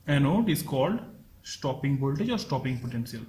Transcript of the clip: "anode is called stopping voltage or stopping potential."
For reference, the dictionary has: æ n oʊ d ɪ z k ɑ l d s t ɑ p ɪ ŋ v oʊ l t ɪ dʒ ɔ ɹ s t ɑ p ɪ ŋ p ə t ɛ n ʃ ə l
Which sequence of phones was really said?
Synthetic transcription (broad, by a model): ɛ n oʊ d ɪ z k ɑ l d s t ɑ p ɪ ŋ b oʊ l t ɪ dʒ ɔ ɹ s t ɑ p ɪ ŋ p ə t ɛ n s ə l